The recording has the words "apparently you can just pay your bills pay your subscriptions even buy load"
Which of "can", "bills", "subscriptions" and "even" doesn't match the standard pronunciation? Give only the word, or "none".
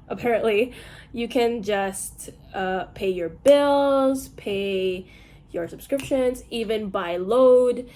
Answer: none